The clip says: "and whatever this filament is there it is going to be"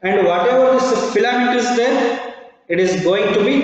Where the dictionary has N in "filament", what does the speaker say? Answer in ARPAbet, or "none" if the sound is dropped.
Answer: none